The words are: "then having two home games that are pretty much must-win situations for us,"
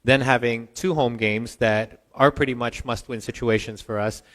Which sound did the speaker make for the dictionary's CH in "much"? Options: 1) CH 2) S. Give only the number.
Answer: 1